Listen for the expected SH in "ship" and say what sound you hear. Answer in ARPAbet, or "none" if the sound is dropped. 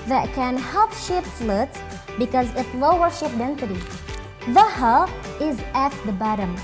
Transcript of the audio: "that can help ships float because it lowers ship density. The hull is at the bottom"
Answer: SH